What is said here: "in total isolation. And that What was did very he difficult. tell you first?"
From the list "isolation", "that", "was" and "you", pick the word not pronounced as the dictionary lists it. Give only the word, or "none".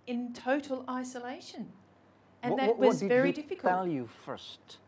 none